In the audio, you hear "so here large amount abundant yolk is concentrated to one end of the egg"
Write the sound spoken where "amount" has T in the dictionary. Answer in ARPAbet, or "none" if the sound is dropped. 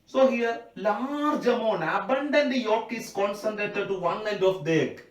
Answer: none